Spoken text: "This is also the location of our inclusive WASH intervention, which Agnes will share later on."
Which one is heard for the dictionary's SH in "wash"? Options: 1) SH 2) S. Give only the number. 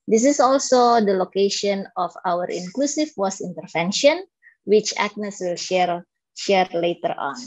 2